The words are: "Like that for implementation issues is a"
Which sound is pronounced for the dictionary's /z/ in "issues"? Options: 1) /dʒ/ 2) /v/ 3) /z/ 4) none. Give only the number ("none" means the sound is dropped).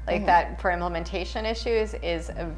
3